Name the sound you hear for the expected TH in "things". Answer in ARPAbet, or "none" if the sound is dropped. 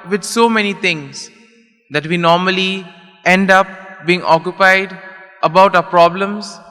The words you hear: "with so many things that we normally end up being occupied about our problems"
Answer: T